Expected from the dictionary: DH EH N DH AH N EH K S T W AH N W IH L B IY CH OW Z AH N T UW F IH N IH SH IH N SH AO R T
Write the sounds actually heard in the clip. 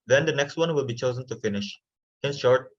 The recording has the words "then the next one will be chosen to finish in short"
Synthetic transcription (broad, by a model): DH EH N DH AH N EH K S T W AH N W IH L B IY CH OW Z AH N T UW F IH N IH SH IH N SH AO R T